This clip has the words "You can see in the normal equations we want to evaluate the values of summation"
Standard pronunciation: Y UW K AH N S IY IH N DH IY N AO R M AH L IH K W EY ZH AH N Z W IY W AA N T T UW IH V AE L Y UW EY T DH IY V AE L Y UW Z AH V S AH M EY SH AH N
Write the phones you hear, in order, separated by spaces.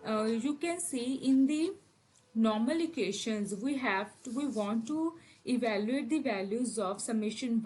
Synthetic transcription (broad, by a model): Y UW K AH N S IY IH N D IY N AO R M AH L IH K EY SH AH N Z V IY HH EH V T T UW IH V AE L Y UW EY T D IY V AE L Y UW Z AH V S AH M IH SH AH N